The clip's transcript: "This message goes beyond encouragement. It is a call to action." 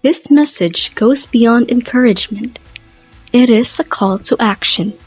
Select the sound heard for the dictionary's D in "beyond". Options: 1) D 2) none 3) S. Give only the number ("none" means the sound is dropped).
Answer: 1